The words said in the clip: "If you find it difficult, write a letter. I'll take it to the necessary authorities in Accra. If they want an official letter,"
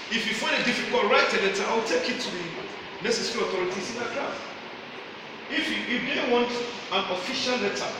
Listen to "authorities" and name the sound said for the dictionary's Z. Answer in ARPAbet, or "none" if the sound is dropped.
S